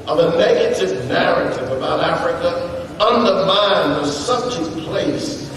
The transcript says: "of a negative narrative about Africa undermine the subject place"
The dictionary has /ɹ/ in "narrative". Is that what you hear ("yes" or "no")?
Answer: yes